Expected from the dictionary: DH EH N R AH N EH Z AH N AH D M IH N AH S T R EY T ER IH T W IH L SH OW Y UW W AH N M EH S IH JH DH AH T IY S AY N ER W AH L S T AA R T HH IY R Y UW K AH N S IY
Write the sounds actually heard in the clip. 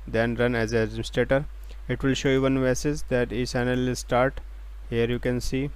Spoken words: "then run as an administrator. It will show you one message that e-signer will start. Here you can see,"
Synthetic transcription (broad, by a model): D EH N R AH N EH Z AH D IH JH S T R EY T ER IH T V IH L SH OW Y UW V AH N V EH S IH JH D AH T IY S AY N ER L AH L S T AA R T HH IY R Y UW K AH N S IY